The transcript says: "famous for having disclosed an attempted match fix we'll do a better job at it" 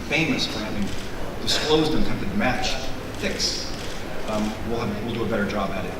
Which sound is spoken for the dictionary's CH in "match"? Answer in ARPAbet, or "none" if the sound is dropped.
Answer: CH